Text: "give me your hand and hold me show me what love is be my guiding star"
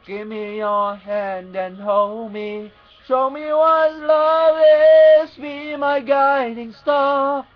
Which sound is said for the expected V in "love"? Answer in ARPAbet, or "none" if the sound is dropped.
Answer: none